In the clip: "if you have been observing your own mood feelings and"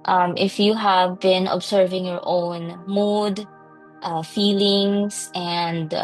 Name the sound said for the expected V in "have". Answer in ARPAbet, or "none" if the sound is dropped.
V